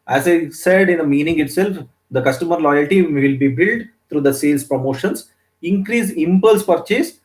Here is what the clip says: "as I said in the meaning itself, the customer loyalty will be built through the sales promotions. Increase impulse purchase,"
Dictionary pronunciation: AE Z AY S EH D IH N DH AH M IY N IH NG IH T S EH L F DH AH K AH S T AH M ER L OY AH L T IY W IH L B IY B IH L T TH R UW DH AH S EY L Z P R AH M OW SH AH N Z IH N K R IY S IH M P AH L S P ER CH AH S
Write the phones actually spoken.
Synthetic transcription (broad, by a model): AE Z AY S EH D IH N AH M IY N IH NG IH T S EH L F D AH K AH S T AH M ER L OY AH L T IY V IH L B IY B IH L T T R UW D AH S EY L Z P R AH M OW SH AH N S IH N K R IY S IH M P AH L S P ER CH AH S